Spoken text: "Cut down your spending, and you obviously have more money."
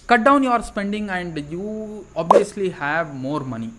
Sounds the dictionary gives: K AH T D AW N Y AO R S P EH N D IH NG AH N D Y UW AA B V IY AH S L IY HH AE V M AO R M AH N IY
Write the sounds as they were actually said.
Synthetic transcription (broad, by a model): K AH T D AW N Y AO R S P EH N D IH NG AH N D Y UW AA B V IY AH S L IY HH AE V M AO R M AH N IY